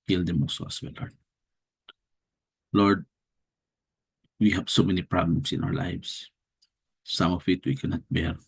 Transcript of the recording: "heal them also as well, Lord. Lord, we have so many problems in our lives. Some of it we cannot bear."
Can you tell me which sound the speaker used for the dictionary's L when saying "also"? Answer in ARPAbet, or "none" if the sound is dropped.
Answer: none